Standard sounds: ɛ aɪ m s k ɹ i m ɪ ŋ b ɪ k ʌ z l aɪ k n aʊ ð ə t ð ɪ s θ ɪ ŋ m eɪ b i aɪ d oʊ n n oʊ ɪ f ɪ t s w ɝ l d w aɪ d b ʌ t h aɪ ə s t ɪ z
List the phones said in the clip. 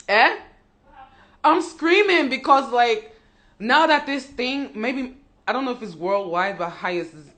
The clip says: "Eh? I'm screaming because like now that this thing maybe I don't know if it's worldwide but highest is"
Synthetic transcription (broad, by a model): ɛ aɪ m s k ɹ i m ɪ ŋ b ɪ k ʌ z l aɪ k n aʊ ð ə t ð ɪ s θ ɪ ŋ m eɪ b i aɪ d oʊ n n oʊ ɪ f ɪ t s w ɝ l d w aɪ d b ʌ t h aɪ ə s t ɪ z